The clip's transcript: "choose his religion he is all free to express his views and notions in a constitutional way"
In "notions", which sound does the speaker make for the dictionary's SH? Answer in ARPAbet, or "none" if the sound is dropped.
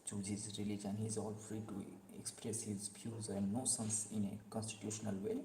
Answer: S